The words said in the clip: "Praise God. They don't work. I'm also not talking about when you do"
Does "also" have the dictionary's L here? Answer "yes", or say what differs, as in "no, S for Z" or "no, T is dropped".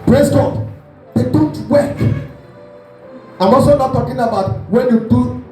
no, L is dropped